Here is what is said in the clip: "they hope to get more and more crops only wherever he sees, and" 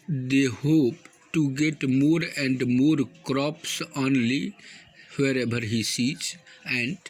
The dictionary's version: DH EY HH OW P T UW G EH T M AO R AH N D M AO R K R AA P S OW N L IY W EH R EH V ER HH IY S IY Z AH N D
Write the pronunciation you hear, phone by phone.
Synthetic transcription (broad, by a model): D EY HH OW P T UW G EH T M AO R AH N D M AO R K R AA P S OW N L IY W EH R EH B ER HH IY S IY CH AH N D